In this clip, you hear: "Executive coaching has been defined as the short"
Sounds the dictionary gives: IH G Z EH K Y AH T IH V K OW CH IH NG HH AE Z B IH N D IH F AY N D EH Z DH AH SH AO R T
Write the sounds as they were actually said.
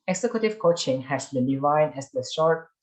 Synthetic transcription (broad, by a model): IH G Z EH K Y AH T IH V K OW CH IH NG HH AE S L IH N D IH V AY D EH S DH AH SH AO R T